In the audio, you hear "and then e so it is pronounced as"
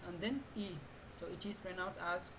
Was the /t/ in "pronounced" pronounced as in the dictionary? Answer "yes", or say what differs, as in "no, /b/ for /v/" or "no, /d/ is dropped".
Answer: no, /t/ is dropped